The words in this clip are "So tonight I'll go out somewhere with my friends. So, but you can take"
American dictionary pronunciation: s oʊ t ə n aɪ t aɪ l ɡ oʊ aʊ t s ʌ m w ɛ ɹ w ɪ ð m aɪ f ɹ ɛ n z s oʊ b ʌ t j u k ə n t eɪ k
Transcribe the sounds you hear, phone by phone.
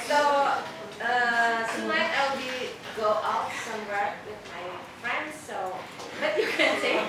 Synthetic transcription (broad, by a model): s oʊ s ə l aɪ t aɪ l ɡ oʊ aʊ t s ʌ m w ɛ ɹ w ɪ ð m aɪ f ɹ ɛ n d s oʊ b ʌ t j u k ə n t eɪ